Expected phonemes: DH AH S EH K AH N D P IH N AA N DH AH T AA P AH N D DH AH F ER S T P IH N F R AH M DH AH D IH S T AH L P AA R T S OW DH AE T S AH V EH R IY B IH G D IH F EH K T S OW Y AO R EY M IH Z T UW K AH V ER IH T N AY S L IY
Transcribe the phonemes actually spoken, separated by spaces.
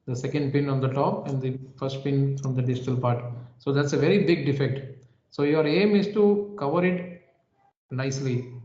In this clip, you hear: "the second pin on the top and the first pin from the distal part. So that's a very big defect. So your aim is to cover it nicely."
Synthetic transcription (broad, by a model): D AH S EH K AH N D P IH N AA N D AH T AA P AH N D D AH F ER S T P IH N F R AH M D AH D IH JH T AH L P AA R T S OW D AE T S AH V EH R IY B IH G D IH F EH K T S OW Y AO R EY M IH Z T UW K AH V ER IH T N AY S L IY